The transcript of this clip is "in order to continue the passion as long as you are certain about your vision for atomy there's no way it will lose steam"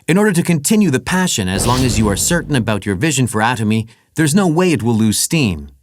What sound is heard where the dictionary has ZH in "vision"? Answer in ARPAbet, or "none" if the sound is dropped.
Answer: ZH